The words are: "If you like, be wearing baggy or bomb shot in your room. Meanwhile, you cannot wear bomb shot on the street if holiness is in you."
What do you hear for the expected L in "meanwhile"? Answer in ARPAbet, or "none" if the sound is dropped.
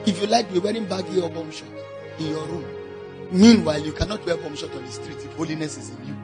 L